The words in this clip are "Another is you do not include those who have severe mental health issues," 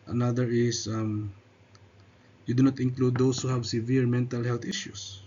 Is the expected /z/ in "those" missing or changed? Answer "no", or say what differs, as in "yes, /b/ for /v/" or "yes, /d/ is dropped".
yes, /s/ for /z/